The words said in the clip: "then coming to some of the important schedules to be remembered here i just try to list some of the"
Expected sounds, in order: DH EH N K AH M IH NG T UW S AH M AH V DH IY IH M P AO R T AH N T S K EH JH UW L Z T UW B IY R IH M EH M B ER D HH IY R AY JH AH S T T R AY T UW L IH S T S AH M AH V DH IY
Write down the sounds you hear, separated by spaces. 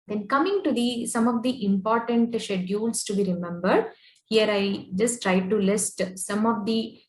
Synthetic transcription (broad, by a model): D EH N K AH M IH NG T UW S AH M AH V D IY IH M P AO R T AH N T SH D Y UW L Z T UW B IY R IH M EH M B ER D HH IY R AY JH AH S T T R AY T UW L IH S T S AH M AH V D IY